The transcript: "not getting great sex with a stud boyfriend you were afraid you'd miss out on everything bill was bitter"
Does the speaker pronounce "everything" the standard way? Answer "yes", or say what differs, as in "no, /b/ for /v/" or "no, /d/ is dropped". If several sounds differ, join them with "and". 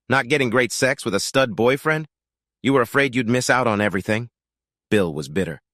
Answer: yes